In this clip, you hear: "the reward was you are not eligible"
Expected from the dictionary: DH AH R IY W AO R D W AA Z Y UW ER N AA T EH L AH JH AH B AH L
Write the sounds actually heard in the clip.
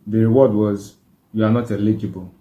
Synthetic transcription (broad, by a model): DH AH R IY W AO D W AA Z Y UW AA N AA T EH L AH JH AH B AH L